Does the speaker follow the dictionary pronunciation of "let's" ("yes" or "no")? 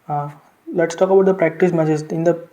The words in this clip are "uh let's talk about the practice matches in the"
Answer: yes